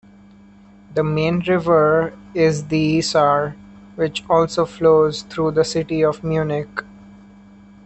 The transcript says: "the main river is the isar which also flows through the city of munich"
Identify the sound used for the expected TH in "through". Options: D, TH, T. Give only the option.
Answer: T